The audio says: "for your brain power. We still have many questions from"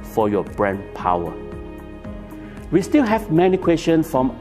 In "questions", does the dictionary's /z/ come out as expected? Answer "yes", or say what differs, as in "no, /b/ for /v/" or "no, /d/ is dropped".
no, /z/ is dropped